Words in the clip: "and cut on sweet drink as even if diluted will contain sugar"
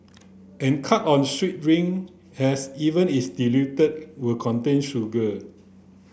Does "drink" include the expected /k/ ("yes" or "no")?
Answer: no